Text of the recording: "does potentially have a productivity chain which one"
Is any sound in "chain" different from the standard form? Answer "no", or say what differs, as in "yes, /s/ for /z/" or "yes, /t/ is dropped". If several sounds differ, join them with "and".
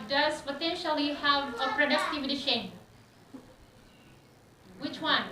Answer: yes, /ʃ/ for /tʃ/